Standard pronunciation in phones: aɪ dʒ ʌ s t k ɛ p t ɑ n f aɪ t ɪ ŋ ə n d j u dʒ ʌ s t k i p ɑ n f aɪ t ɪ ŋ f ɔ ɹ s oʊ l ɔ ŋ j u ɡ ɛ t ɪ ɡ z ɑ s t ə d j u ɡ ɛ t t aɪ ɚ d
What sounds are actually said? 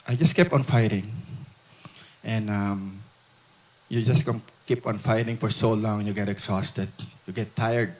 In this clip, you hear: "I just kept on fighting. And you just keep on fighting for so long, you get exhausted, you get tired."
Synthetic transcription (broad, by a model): aɪ dʒ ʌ s k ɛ p ɑ n f aɪ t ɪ ŋ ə n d j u dʒ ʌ s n k i p ɑ n f aɪ t ɪ ŋ f ɔ ɹ s oʊ l ɔ ŋ j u ɡ ɛ t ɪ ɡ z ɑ s t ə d j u ɡ ɛ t t aɪ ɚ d